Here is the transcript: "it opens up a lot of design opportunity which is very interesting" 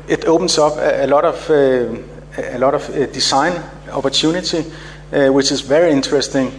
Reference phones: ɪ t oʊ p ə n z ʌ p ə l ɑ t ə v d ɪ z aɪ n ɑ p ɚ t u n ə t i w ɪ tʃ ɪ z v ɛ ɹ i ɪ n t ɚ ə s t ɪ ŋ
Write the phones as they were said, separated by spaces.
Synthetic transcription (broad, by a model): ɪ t oʊ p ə n s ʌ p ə l ɑ t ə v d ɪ s aɪ n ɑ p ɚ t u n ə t i w ɪ tʃ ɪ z v ɛ ɹ i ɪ n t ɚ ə s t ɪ ŋ